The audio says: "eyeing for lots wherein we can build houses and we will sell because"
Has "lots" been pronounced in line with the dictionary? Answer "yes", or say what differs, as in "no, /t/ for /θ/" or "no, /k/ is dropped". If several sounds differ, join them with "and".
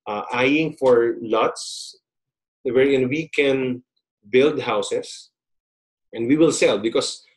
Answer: yes